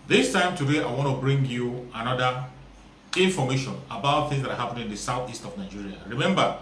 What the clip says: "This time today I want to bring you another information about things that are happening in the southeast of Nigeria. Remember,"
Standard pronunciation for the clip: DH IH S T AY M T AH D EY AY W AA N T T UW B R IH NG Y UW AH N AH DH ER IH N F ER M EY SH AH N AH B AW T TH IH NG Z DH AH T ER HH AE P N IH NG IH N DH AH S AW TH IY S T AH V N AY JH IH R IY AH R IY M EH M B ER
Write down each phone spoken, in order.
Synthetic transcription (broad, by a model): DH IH S T AY M T AH D EY AY W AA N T T UW B R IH NG Y UW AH N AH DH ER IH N F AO M EY SH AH N AH B AW T TH IH NG Z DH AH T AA HH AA P IH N IH N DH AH S AW TH IY S T AH V N AY JH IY R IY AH R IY M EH M B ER